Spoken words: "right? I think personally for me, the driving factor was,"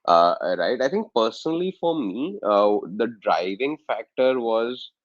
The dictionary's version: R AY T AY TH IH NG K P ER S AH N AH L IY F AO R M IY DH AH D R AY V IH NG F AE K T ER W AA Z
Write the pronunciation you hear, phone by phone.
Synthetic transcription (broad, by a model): R AY T AY T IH NG K P ER S AH N AH L IY F AO R M IY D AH D R AY V IH NG F AE K T ER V AA Z